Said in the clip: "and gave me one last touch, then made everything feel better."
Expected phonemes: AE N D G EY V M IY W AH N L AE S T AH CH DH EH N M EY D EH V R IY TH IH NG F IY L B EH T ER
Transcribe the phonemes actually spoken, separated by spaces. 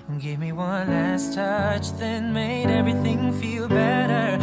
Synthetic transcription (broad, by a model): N G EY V M IY W AH N L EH S T AH CH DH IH N M EY D EH V R IY TH IH NG F IY L B EH T ER